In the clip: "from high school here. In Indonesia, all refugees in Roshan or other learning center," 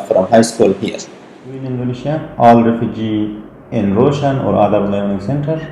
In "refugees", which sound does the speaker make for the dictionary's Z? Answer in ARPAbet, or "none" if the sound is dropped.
none